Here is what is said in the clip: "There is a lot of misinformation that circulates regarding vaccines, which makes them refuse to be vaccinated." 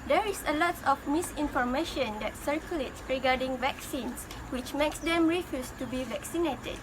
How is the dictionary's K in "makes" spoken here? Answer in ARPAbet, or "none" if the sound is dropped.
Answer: K